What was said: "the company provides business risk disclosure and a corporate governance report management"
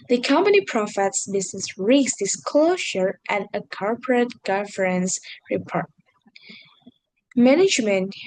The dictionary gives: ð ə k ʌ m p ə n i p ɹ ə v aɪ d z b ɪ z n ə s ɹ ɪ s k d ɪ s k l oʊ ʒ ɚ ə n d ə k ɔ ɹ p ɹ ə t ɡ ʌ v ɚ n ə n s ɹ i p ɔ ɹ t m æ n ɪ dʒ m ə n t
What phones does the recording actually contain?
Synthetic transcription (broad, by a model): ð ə k ʌ m p ə n i p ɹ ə f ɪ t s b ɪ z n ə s ɹ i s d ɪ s k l oʊ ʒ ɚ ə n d ə k ɔ ɹ p ɹ ə t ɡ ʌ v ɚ ə n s ɹ i p ɔ ɹ t m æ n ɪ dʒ m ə n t